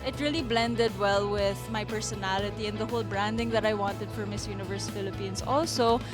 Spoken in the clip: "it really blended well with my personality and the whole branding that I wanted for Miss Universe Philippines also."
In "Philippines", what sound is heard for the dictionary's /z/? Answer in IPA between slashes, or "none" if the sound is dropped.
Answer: /s/